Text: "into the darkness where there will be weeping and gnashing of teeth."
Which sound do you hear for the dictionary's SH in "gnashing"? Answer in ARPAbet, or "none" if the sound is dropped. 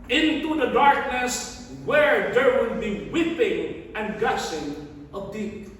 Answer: S